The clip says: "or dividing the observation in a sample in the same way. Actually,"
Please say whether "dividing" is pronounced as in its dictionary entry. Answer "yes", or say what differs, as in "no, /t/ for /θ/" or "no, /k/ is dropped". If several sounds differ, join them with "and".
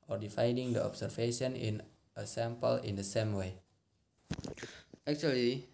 no, /f/ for /v/